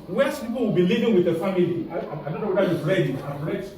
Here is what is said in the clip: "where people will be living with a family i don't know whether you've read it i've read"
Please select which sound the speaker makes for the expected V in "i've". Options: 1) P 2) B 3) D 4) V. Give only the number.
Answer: 1